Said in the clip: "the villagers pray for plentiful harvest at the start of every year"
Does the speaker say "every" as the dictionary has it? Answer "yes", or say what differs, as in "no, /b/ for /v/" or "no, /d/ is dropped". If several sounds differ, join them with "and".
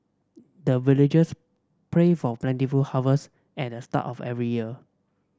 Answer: yes